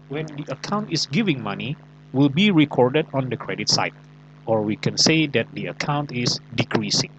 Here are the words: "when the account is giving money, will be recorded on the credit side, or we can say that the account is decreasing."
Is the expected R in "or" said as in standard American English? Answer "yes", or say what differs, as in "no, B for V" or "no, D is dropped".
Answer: yes